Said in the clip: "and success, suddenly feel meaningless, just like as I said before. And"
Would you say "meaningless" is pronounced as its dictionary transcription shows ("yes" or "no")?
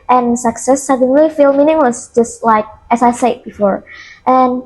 no